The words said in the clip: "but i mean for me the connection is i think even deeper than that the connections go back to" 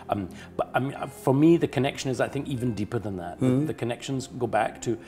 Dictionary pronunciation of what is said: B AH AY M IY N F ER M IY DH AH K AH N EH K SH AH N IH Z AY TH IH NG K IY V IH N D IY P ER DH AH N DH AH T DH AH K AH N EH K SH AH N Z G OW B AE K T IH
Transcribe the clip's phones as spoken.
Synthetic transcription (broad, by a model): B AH AY M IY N F ER M IY DH AH K AH N EH K SH AH N IH Z AY TH IH NG K IY V IH N D IY P ER DH AH N DH AH T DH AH K AH N EH K SH AH N Z G OW B AE K T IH